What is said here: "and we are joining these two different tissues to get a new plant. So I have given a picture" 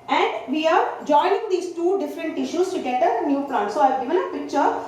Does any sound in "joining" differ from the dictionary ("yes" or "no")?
no